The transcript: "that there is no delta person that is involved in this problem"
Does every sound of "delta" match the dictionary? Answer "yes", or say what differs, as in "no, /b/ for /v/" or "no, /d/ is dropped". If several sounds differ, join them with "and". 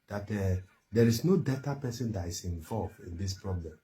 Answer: no, /l/ is dropped